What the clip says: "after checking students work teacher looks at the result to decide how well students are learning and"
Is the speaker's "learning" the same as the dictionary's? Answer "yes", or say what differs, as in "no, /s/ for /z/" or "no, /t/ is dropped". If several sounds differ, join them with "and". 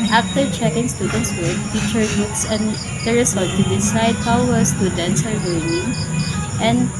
no, /w/ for /l/